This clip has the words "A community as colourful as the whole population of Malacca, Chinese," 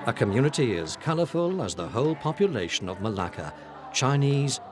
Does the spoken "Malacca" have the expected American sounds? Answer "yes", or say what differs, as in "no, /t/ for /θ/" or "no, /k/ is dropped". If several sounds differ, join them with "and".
yes